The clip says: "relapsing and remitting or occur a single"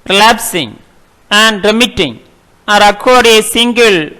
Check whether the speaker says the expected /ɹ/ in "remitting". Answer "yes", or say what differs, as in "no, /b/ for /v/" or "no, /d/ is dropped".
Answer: yes